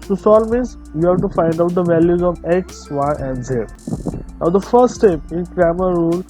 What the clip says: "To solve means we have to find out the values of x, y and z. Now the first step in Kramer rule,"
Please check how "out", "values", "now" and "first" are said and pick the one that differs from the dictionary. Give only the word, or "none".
none